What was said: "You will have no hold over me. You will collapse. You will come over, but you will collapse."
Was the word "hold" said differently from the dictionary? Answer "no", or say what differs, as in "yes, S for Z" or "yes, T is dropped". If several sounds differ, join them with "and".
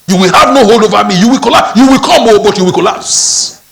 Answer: no